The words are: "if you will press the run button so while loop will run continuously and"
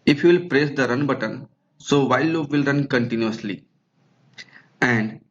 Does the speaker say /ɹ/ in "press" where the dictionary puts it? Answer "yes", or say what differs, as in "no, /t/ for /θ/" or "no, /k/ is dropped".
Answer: yes